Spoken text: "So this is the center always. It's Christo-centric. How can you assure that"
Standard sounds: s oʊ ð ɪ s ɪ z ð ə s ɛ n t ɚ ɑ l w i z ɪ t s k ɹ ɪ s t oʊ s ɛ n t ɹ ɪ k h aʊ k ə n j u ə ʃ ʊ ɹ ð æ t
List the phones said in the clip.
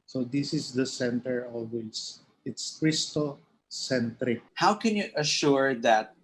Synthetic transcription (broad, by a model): s oʊ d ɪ s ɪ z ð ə s ɛ n t ɚ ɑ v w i s ɪ t s k ɹ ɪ s t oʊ s ɛ n t ɹ ɪ k h aʊ k ə n j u ə ʃ ʊ ɹ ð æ t